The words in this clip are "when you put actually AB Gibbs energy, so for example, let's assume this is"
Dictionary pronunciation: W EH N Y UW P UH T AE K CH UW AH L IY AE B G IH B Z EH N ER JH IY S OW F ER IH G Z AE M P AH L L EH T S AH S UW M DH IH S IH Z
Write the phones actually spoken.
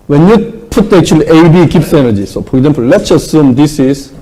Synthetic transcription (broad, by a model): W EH N Y UW P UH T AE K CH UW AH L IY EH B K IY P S EH N ER JH IY S OW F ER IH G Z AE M P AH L L EH T S AH S UW M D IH S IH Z